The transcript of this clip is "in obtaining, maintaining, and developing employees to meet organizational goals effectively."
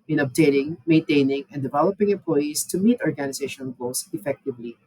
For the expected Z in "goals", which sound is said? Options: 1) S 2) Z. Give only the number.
1